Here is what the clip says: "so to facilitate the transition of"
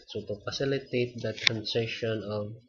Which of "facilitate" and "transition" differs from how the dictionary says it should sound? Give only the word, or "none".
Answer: transition